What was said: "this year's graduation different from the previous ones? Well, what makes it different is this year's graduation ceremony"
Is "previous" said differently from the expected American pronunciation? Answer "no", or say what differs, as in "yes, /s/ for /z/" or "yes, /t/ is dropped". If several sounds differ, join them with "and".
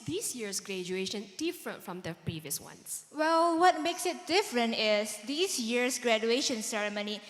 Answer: no